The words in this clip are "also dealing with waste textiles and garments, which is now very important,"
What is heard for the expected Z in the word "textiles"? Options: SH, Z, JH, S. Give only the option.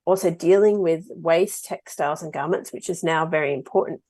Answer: Z